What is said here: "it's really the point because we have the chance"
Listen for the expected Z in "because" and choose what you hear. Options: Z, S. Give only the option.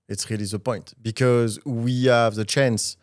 Z